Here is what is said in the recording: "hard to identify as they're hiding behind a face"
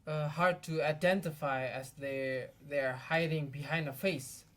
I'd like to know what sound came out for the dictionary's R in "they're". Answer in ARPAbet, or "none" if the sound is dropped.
R